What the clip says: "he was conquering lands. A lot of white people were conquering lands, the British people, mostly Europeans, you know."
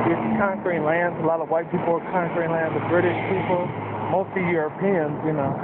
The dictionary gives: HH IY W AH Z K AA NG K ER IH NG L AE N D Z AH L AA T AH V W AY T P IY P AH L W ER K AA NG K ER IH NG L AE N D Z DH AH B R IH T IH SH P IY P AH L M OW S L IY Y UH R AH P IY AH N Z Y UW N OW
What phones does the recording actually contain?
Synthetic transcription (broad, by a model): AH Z K AA NG K ER IH NG L AE N D Z AH L AA T AH V W AY T P IY P L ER K AA NG K ER IH NG L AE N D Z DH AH B R IH T IH SH P IY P L M OW S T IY Y UH R AH P IY AH N Z Y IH N OW